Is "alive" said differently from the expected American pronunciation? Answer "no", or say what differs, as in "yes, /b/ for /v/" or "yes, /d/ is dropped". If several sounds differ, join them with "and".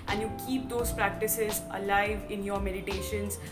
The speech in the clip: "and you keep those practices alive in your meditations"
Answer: no